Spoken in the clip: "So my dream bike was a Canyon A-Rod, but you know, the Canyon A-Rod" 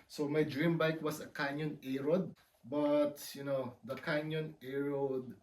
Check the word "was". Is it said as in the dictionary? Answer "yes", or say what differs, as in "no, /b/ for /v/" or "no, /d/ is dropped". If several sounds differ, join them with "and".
no, /s/ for /z/